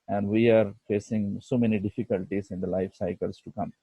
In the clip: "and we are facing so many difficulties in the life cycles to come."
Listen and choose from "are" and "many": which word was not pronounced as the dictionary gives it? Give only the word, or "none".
none